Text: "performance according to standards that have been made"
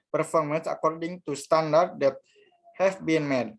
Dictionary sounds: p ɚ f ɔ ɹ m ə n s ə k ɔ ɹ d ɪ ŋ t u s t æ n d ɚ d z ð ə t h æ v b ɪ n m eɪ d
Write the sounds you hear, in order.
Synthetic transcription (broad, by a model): p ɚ f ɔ ɹ m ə n s ə k ɔ ɹ d ɪ ŋ t u s t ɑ n d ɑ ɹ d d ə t h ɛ f b ɪ n m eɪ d